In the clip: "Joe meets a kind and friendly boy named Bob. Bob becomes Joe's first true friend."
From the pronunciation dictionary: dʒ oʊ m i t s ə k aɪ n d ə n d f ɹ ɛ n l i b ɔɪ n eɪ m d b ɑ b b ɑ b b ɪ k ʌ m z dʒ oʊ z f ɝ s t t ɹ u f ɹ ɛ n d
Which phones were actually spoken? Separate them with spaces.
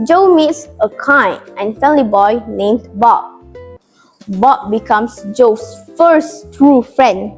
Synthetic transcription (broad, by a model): dʒ oʊ m i t s ə k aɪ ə n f ɛ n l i b ɔɪ n eɪ m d b ɑ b b ɑ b b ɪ k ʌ m s dʒ oʊ s f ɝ s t t ɹ u f ɹ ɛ n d